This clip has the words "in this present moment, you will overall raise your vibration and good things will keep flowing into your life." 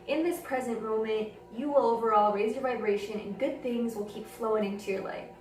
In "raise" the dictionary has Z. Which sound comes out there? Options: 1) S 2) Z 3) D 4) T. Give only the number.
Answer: 2